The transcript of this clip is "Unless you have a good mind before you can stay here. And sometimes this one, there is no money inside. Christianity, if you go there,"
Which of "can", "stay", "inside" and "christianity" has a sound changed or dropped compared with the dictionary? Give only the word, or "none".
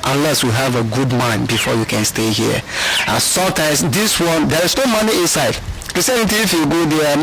christianity